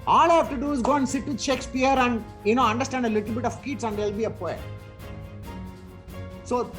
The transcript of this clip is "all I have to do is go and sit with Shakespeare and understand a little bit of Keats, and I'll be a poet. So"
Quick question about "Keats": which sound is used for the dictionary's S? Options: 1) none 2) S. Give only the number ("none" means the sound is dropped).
2